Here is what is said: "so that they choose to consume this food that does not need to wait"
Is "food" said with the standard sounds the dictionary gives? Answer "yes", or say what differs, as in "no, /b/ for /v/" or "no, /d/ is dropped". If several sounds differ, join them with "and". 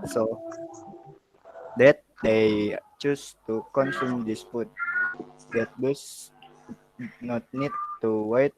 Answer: no, /p/ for /f/